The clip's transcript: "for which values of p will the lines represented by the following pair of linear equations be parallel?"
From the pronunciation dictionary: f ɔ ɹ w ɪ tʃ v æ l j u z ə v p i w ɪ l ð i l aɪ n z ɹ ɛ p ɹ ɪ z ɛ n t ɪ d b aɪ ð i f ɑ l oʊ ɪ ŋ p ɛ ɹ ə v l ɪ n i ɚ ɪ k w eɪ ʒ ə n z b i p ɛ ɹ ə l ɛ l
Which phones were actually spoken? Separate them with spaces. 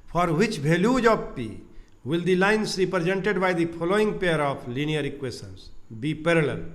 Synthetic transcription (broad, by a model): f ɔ ɹ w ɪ tʃ b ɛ l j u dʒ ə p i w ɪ l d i l aɪ n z ɹ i p ɹ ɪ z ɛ n t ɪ d b aɪ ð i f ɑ l oʊ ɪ ŋ p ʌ ɹ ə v l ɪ n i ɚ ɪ k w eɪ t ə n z b i p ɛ ɹ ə l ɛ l